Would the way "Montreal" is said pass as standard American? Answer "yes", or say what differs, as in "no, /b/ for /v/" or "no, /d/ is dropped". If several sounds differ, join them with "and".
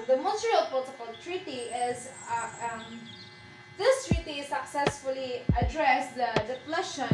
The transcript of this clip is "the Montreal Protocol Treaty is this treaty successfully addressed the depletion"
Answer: no, /n/ is dropped